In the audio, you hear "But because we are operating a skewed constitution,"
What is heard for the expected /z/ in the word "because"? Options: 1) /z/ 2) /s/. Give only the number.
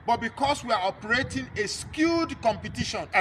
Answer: 2